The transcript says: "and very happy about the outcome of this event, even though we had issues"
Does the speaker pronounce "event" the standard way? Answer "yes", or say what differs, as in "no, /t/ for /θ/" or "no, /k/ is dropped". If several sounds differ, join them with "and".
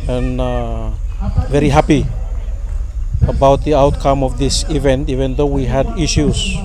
yes